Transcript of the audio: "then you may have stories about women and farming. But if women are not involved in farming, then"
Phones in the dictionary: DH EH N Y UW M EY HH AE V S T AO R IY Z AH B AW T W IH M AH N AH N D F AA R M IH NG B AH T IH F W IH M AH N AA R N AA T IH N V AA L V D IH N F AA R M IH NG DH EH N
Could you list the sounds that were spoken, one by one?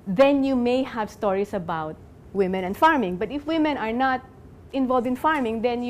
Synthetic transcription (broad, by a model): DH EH N Y UW M EY HH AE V S T AO R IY S AH B AW T W IH M AH N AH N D F AA R M IH NG B AH T IH F W IH M AH N AA R N AA T IH N V AA L V D IH N F AA R M IH NG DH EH N